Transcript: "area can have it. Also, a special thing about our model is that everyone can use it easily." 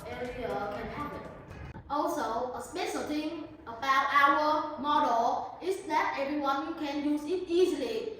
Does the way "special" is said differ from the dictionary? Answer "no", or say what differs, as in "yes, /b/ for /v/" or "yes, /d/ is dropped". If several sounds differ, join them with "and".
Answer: yes, /s/ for /ʃ/